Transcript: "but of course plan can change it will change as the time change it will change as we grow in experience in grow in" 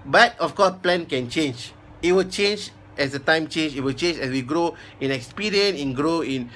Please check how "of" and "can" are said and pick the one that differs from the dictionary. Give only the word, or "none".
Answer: of